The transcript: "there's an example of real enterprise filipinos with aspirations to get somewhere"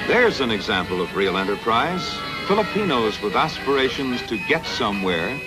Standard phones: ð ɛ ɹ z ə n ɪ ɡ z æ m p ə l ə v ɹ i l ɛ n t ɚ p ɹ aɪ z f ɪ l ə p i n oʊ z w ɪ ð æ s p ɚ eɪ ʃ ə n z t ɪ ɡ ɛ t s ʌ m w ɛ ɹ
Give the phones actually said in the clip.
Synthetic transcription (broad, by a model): ð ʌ ɹ z ə n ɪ ɡ z æ m p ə l ə v ɹ i l ɛ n t ɚ p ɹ aɪ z f ɪ l ə p i n oʊ z w ɪ ð æ s p ɚ eɪ ʃ ə n z t ɪ ɡ ɛ t s ʌ m w ɛ ɹ